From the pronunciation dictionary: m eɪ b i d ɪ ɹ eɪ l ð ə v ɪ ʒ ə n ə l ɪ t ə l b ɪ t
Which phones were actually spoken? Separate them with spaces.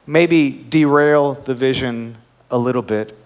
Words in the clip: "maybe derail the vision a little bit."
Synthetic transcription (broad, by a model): m eɪ b i d ɪ ɹ eɪ l ð ə v ɪ ʒ ə n ə l ɪ t l b ɪ t